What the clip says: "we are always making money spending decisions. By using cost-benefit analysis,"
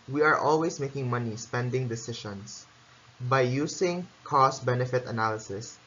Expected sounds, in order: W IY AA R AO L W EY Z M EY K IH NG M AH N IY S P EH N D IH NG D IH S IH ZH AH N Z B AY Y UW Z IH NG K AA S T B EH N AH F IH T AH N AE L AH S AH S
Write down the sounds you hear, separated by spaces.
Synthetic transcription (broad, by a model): W IY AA R AO L W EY S M EY K IH NG M AH N IY S P EH N D IH NG D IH S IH SH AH N S B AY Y UW S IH NG K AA S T B EH N AH F IH T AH N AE L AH S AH S